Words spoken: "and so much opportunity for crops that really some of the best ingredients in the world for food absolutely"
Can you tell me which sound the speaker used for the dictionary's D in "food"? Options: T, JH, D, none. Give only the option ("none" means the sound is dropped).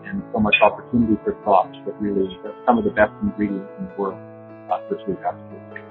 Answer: none